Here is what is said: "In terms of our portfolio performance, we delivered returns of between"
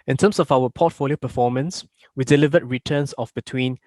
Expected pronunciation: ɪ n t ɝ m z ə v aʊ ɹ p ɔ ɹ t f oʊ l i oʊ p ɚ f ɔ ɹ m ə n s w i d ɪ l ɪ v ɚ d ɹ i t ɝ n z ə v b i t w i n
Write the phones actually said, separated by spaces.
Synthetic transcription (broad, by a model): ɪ n t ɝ m s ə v aʊ w p ɔ t f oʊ l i oʊ p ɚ f ɔ m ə n s w i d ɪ l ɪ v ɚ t ɹ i t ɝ n s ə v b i t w i n